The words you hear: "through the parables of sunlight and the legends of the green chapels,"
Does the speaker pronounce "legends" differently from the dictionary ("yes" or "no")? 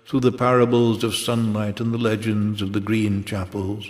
no